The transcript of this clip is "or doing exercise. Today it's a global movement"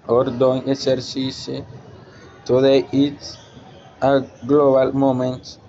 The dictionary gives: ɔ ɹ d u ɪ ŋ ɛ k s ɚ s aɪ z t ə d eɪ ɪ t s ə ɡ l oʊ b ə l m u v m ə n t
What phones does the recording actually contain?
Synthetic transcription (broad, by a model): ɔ ɹ d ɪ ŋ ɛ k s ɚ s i s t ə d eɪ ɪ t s ə ɡ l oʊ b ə l m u m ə n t